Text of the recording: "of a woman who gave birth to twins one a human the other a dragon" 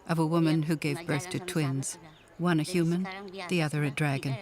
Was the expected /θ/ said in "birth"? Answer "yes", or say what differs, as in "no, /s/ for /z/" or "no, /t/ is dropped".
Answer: yes